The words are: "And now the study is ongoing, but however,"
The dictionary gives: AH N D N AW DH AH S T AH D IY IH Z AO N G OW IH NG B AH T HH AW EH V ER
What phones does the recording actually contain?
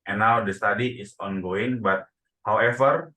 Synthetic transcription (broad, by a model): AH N N AW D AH S T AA D IY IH S AO N G OW IH NG B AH T HH AW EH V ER